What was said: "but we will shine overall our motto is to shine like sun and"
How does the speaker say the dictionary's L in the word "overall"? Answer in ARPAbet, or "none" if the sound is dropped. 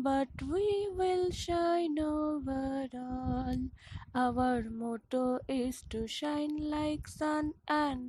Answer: N